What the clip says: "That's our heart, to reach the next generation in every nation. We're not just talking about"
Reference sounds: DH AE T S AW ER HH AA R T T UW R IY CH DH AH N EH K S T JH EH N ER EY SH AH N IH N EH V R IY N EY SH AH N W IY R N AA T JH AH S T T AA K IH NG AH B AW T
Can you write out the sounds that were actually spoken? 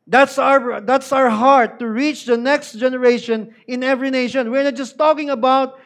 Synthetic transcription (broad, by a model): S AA T S AW ER HH AA R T T UW R IY CH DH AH N EH K S T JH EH N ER EY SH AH N IH N EH V R IY N EY SH AH N W IY R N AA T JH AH S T T AA K IH NG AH B AW T